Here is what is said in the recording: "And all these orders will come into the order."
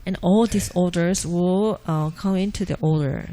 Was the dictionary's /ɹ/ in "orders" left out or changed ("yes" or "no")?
yes